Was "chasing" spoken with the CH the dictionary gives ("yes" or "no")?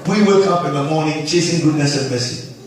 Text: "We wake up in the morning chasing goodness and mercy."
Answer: yes